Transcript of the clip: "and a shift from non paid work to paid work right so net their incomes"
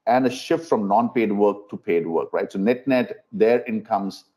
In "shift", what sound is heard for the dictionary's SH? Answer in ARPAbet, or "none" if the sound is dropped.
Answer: SH